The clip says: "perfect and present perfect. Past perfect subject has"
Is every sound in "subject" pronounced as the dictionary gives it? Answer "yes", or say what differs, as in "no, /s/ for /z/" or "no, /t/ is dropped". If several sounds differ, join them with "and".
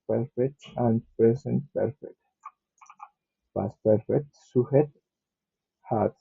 no, /k/ is dropped